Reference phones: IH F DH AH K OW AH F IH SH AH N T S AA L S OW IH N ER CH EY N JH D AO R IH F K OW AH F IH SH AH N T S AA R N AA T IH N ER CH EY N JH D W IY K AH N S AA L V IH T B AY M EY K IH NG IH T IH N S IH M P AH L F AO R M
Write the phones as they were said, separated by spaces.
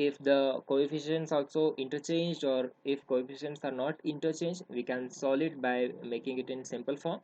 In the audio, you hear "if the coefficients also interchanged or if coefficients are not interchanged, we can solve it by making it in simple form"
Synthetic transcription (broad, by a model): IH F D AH K OW AH F IH SH AH N T S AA L S OW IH N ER CH EY N JH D AO R IH F K OW AH F IH SH AH N T S AA R N AA T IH N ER CH EY N JH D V IY K AH N S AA L IH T B AY M EY K IH NG IH T IH N S IH M P AH L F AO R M